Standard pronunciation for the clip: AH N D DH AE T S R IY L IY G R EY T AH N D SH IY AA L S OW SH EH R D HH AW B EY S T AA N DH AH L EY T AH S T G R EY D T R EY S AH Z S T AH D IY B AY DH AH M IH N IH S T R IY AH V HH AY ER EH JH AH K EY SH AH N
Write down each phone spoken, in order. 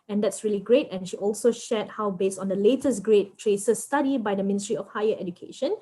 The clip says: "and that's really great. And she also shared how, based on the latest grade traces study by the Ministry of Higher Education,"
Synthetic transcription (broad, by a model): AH N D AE T S R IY L IY G R EY T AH N SH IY AA L S OW SH EH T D HH AW B EY S T AA N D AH L EY T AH S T G R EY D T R EY S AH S T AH D IY B AY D AH M IH N IH S T R IY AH F HH AY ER EH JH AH K EY SH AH N